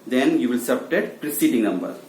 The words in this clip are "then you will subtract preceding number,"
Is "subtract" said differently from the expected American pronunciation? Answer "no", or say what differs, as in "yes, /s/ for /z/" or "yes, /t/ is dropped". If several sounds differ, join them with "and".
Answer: yes, /ɹ/ is dropped and /k/ is dropped